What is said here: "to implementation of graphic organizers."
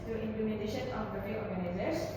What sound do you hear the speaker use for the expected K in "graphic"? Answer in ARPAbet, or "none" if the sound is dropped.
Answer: none